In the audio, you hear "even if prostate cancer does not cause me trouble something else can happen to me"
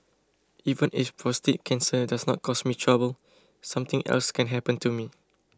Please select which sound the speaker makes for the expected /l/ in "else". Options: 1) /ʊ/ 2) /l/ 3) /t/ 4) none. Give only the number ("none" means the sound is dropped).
2